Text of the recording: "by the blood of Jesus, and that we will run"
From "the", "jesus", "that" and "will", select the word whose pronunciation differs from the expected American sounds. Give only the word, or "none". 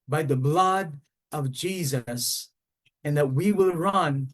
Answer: none